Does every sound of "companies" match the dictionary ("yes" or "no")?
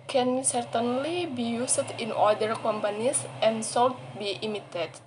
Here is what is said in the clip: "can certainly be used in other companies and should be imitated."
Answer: no